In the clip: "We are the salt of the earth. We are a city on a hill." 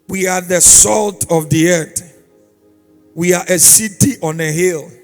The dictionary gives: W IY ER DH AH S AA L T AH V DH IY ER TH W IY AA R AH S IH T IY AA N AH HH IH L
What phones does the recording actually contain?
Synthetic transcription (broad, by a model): W IY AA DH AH S AA L T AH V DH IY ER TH W IY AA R AH S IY T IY AA N AH HH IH L